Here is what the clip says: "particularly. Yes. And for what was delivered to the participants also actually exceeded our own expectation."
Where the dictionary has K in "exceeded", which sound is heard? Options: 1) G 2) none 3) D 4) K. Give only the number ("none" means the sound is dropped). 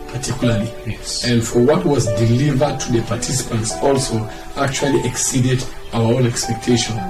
4